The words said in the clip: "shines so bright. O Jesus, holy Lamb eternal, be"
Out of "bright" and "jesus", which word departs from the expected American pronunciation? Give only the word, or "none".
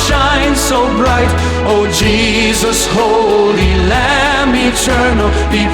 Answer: none